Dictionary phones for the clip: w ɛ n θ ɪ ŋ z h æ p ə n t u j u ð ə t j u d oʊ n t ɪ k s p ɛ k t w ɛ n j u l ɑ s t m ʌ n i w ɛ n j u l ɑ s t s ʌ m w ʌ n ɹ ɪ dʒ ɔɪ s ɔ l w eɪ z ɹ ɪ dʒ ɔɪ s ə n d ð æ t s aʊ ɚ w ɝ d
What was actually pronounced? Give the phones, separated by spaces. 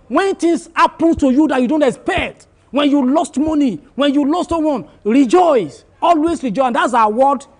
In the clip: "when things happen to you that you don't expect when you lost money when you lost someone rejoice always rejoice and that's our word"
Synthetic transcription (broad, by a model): w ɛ n t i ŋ s h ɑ p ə n t u j u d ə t j u d oʊ n t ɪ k s p ɛ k t w ɛ n j u l ɑ s t m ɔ n i w ɛ n j u l ɑ s t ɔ w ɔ n ɹ ɪ dʒ ɔɪ s ɔ l w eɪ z ɹ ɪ dʒ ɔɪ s ə n d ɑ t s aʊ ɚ w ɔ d